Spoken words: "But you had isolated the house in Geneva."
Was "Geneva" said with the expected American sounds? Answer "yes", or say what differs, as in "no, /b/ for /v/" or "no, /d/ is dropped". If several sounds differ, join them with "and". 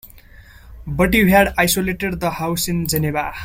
no, /b/ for /v/